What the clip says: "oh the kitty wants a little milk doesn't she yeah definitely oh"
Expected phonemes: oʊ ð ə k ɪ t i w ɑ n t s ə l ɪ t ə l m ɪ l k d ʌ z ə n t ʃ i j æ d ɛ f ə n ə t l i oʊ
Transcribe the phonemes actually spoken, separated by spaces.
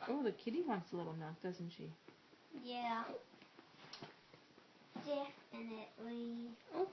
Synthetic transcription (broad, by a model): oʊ ð ə k ɪ t i w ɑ n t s ə l ɪ t l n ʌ k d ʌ z n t ʃ i j æ d ɛ f ə n ə t l i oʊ